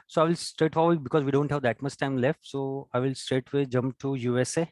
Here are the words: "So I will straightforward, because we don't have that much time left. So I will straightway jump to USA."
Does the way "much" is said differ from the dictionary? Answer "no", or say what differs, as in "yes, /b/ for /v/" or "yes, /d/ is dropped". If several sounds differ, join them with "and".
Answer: yes, /s/ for /tʃ/